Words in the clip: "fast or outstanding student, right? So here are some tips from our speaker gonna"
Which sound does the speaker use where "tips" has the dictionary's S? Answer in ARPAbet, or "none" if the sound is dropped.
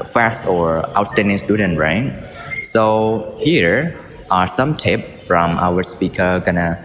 none